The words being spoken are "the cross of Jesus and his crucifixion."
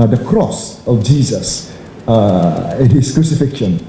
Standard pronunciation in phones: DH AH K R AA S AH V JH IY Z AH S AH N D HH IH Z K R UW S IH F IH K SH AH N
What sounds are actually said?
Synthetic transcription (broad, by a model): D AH K R AA S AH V JH IY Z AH S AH N HH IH S K R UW S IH F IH K SH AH N